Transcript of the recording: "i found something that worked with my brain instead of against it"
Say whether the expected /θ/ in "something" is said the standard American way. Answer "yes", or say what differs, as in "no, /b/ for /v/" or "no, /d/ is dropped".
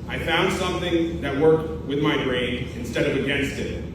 yes